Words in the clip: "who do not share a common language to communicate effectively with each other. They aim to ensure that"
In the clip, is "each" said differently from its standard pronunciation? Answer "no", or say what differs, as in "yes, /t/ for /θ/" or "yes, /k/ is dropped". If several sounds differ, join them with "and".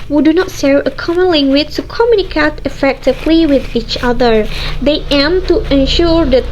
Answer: no